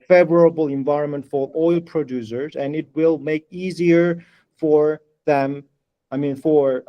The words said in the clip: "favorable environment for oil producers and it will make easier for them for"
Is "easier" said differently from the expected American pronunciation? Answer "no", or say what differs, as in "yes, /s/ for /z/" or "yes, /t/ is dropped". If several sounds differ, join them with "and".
no